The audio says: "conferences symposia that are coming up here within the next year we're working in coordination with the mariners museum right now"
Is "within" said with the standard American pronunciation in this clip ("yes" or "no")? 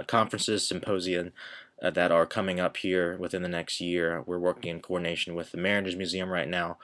yes